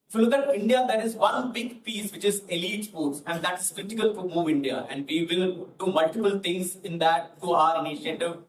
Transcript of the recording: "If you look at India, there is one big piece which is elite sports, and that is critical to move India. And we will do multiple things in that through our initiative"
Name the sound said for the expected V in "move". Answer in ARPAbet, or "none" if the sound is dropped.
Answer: V